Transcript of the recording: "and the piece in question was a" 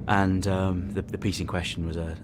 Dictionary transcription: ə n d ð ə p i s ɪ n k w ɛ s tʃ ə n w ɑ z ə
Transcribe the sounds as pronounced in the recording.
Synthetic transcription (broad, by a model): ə n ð ð ə p i s ɪ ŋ k w ɛ s tʃ ə n w ɑ z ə